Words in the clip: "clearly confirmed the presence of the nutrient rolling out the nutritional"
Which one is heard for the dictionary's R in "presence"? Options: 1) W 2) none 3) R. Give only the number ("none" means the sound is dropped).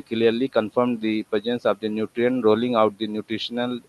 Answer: 2